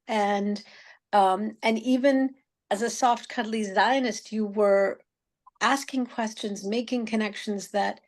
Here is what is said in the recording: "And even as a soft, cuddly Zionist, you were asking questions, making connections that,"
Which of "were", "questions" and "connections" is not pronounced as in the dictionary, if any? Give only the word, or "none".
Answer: none